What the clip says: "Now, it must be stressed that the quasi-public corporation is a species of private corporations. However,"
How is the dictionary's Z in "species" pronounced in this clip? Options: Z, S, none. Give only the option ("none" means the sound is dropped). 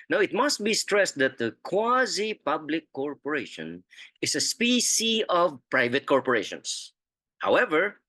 none